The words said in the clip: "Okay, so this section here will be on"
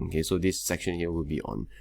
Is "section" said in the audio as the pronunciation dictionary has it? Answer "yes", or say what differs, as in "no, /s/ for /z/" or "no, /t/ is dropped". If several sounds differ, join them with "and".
yes